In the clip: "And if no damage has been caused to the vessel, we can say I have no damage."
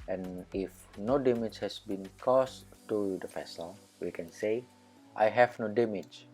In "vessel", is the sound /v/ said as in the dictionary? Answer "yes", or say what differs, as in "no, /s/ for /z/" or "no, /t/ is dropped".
no, /f/ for /v/